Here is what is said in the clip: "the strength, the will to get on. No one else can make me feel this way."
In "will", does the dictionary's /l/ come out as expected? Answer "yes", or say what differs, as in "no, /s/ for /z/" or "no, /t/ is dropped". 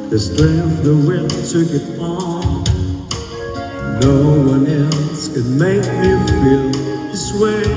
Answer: no, /n/ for /l/